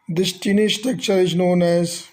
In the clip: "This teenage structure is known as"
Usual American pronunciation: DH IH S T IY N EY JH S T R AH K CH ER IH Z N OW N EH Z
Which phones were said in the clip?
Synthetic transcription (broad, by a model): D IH S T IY N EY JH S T AH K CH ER IH Z N OW N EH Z